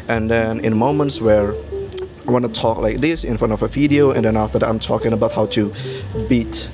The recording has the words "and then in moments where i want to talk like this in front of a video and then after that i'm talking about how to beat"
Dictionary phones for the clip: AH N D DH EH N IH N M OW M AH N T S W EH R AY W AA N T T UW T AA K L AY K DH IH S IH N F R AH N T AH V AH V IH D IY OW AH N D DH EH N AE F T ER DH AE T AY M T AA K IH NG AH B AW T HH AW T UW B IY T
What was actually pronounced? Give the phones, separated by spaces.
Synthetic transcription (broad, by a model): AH N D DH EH N IH N M OW M AH N T S W EH R AY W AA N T T UW T AA K L AY K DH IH S IH N F R AH N T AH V AH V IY D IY OW AH N D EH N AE F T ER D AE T AY M T AA K IH NG AH B AW T HH AW T UW B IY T